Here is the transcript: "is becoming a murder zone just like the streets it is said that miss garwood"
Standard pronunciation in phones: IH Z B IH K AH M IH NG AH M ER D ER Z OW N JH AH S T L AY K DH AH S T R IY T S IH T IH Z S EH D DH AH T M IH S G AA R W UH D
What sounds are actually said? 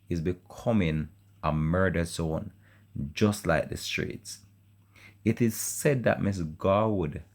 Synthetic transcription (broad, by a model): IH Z B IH K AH M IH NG AH M ER D ER S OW N JH AH S T L AY K DH AH S T R IY T S IH T IH Z S EH D DH AH T M IH S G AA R W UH D